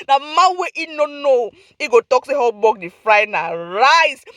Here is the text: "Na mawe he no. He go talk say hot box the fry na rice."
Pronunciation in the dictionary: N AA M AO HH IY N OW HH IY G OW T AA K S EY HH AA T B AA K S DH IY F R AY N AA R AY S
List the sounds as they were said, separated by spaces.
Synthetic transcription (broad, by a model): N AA M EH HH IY N OW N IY G OW T AA K S EY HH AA B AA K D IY F R AY N AA R AY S